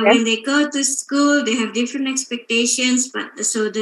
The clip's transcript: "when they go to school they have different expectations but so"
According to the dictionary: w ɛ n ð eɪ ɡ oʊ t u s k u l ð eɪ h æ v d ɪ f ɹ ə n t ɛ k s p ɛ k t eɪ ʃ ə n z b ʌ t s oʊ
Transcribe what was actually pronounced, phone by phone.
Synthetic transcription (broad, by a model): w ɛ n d eɪ ɡ oʊ t u s k u l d eɪ h æ v d ɪ f ɹ ə n t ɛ k s p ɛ k t eɪ ʃ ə n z b ʌ t s oʊ